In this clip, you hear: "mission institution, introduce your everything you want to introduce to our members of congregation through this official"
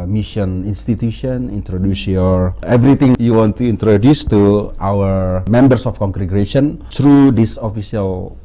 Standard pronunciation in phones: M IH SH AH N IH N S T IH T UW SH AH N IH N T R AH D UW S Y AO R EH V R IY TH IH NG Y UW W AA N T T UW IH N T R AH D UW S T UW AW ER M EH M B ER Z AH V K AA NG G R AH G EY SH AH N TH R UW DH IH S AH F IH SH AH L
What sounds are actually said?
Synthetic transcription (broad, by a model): M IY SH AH N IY N S T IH T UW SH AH N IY N T R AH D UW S Y AO R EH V R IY T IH NG Y UW W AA N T T UW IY N T R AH D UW S T UW AW ER M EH M B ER S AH F K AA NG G R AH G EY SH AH N T R UW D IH S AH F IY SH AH L